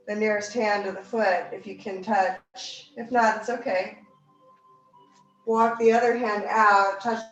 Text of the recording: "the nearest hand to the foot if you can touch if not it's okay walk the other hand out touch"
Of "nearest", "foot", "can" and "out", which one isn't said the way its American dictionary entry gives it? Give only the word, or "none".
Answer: none